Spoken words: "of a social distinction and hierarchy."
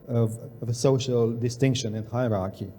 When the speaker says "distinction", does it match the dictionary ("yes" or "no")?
yes